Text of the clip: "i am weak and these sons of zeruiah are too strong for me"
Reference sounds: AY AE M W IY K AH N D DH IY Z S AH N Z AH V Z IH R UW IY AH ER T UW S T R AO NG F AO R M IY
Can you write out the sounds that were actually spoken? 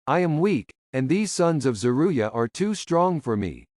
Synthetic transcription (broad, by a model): AY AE M W IY K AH N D DH IY Z S AH N Z AH V Z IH R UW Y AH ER T UW S T R AO NG F AO R M IY